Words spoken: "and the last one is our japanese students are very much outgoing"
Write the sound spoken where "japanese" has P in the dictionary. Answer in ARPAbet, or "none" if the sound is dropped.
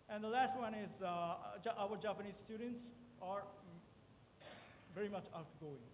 P